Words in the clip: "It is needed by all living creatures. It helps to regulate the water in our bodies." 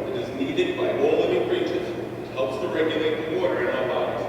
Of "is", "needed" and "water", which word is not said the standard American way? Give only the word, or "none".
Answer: none